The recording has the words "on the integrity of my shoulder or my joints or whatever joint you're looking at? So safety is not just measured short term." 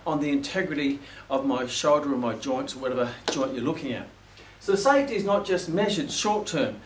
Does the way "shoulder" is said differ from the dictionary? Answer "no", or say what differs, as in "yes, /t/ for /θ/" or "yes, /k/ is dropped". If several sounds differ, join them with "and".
no